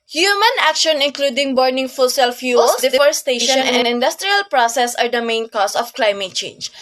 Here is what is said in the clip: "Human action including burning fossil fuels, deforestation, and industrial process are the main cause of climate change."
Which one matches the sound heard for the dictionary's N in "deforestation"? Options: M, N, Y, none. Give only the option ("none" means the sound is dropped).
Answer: none